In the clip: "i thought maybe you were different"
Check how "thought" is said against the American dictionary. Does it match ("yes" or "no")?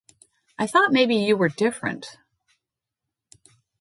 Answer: yes